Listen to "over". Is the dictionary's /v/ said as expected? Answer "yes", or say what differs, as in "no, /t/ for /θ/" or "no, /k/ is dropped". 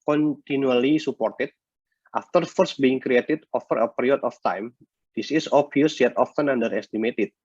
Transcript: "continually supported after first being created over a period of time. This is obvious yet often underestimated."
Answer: no, /f/ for /v/